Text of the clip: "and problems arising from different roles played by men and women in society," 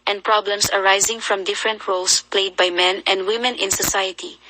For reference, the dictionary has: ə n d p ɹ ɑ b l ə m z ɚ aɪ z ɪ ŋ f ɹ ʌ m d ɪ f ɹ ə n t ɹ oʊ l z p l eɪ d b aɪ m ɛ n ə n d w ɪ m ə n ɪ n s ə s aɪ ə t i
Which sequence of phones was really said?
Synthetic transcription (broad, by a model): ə n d p ɹ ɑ b l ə m s ɚ aɪ z ɪ ŋ f ɹ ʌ m d ɪ f ɹ ə n t ɹ oʊ l s p l eɪ d b aɪ m ɛ n ə n d w ɪ m ə n ɪ n s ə s aɪ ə t i